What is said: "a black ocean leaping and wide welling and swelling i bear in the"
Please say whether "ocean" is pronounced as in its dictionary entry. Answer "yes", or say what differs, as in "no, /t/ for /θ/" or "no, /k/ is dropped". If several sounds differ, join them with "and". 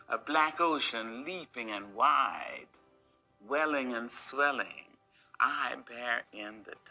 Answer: yes